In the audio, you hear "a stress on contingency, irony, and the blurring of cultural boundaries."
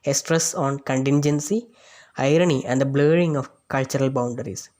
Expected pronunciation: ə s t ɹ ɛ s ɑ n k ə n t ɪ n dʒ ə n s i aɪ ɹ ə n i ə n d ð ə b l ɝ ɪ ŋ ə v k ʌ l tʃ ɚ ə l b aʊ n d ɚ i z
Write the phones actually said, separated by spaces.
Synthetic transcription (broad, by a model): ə s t ɹ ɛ s ɑ n k ə n t ɪ n dʒ ə n s i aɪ ɹ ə n i ə n d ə b l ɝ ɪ ŋ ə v k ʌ l tʃ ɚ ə l b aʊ n d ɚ i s